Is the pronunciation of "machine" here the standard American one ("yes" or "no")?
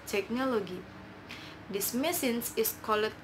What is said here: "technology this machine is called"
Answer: no